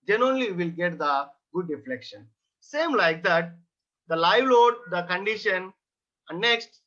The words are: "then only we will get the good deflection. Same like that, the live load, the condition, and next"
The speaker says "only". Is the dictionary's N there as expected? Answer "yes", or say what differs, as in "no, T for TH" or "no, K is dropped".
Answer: no, N is dropped